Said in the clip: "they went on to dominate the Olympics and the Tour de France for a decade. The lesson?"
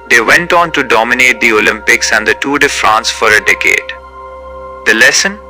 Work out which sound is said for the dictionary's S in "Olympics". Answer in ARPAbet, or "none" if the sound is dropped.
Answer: S